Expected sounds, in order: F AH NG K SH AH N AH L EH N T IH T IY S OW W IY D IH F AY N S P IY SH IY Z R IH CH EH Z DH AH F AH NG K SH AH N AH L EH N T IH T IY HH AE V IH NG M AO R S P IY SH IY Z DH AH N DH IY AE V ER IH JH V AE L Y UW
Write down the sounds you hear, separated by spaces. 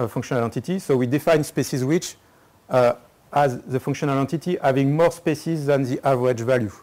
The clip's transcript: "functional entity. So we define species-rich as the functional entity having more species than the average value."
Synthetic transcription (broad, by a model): F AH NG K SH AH N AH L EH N T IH T IY S OW W IY D IH F AY N S P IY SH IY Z W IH CH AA Z DH AH F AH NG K SH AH N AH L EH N T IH T IY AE V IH NG M AO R S P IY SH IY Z DH AH N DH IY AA V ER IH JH V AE L Y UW